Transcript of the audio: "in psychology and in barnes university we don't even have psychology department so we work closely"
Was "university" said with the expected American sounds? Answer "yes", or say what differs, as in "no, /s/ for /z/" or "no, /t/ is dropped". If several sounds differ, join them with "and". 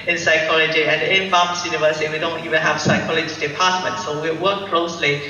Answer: no, /s/ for /t/